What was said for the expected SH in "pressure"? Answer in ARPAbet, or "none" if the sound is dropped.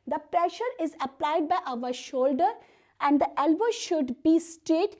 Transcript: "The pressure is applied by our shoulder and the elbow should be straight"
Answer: SH